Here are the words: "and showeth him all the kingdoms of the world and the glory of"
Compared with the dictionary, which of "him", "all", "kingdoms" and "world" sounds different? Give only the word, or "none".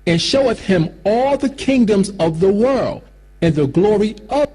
none